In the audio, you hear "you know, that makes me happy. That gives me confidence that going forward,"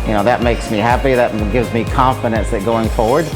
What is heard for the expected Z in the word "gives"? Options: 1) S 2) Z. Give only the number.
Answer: 2